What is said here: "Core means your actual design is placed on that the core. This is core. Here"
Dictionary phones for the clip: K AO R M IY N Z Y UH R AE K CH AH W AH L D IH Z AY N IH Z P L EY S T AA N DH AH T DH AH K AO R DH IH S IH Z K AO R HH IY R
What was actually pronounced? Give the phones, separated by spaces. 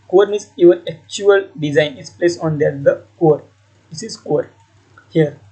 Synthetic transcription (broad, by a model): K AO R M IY Z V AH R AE K CH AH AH L D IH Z AY N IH S P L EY S AA N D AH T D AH K AO R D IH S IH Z K AO R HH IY R